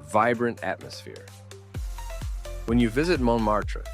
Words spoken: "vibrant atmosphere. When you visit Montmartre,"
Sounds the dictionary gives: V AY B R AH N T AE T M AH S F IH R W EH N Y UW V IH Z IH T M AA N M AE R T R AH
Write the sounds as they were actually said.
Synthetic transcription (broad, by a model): V AY B R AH N T AE T M AH S F IH R W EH N Y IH V IH Z IH T M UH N M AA R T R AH